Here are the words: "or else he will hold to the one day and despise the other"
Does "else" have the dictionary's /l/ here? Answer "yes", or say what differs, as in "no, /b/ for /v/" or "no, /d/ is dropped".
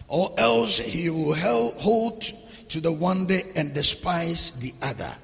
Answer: yes